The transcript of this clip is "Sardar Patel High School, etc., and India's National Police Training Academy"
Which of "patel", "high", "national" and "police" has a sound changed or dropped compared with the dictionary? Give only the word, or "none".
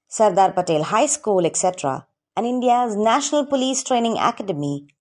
none